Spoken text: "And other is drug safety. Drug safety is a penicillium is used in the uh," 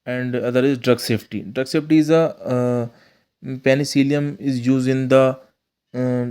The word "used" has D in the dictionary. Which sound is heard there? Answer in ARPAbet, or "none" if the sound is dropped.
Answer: none